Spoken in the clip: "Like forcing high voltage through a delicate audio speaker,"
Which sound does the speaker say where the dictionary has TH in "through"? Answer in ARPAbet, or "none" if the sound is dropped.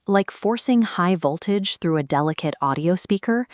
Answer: TH